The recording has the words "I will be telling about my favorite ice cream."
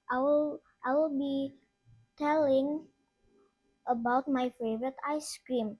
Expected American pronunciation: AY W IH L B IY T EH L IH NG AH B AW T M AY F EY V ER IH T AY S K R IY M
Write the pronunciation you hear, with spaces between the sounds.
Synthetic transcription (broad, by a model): AY W IH L B IY T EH L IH NG AH B AW T M AY F EY V ER IH T AY S K R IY M